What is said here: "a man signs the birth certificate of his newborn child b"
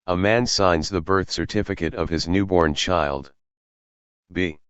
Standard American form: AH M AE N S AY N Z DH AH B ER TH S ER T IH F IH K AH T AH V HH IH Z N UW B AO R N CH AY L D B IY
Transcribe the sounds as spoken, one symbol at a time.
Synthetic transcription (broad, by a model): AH M AE N S AY N Z DH AH B ER TH S ER T IH F IH K AH T AH V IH Z N UW B AO R N CH AY L D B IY